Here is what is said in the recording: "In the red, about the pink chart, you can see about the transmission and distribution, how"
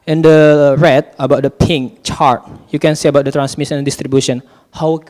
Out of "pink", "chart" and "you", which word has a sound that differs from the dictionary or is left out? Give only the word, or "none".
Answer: none